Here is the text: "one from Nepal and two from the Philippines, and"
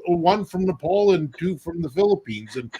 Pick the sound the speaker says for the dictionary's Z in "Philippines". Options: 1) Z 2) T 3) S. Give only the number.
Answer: 1